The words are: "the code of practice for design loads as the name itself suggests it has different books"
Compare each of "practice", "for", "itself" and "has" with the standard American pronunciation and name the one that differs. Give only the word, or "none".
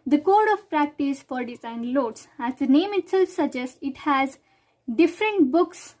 none